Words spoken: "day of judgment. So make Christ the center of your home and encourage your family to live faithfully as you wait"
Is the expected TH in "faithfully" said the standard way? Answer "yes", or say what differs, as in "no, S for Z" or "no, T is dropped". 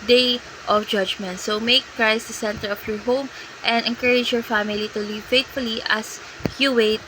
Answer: no, T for TH